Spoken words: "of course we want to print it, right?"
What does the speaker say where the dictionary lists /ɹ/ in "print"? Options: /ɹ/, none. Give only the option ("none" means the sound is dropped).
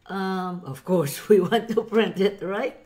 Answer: /ɹ/